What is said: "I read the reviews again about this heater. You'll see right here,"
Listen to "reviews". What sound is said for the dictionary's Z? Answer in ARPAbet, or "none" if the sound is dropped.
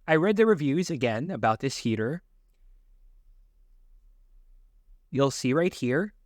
Z